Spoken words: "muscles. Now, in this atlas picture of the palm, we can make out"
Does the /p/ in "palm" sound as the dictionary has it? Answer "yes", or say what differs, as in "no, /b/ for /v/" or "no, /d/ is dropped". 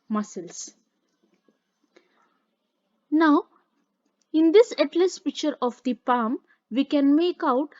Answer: yes